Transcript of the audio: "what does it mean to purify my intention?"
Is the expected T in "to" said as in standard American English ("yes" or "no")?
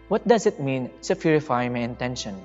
no